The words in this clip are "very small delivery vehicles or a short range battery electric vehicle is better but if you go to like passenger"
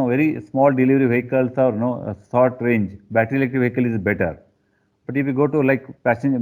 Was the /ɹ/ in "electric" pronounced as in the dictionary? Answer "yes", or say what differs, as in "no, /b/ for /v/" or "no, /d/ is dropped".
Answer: no, /ɹ/ is dropped